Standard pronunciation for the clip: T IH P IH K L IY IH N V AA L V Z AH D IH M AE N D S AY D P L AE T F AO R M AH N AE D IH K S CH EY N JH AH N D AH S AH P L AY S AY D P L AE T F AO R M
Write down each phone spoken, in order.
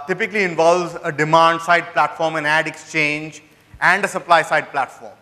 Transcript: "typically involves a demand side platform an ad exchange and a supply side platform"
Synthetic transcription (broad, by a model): T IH P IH K L IY IH N V AA L V Z AH D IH M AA N D S AY D P L AE T F AO R M AH N AE D IH K S CH EY N JH AH N D AH S AH P L AY S AY D P L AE T F AO R M